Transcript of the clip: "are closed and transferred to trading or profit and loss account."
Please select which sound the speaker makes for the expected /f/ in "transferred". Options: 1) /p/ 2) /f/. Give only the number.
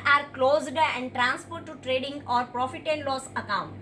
1